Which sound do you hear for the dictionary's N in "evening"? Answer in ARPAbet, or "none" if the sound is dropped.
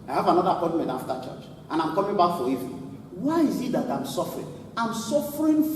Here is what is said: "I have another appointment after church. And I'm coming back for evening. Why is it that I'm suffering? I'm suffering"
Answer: none